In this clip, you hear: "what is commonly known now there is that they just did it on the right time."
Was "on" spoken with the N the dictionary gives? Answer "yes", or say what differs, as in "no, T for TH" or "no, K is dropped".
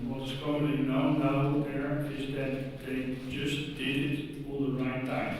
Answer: no, L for N